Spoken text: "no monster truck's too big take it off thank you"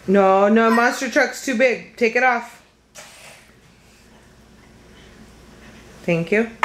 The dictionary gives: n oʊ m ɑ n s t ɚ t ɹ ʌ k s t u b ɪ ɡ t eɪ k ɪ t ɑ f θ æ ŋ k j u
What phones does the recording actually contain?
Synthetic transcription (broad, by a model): n oʊ m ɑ s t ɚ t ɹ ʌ k s t u b ɪ ɡ t eɪ k ɪ t ɑ f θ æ ŋ k j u